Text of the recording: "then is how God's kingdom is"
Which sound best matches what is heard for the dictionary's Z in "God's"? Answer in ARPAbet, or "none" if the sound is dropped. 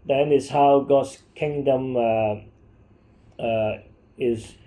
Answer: S